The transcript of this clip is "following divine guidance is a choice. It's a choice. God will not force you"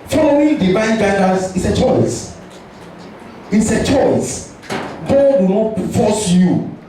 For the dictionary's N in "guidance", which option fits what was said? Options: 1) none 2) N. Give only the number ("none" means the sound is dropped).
1